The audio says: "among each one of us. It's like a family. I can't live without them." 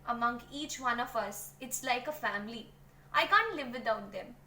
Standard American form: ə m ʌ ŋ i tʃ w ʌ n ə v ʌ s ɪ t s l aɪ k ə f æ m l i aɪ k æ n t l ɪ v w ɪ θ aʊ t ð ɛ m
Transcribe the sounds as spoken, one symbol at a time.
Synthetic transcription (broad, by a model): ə m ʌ ŋ i tʃ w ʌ n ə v ʌ s ɪ t s l aɪ k ə f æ m l i aɪ k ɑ n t l ɪ v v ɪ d aʊ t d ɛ m